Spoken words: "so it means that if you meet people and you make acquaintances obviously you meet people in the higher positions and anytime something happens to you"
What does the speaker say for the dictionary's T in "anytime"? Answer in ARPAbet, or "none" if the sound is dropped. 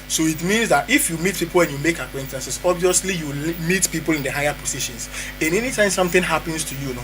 T